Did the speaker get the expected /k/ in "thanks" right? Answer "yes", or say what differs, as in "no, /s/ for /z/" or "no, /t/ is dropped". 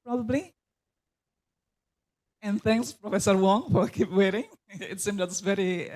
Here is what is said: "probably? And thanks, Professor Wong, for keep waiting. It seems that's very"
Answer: yes